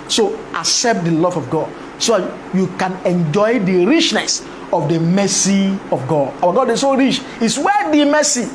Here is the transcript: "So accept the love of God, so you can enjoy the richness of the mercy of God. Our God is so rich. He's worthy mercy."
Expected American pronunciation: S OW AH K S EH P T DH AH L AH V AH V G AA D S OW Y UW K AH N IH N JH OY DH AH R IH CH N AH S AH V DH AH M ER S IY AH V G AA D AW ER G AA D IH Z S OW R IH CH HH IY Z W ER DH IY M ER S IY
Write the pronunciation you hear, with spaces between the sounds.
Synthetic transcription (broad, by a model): S OW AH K S EH P T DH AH L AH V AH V G AA D S OW Y UW K AH N IH N JH OY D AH R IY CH N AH S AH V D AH M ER S IY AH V G AA D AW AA G AA D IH S OW R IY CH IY S W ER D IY M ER S IY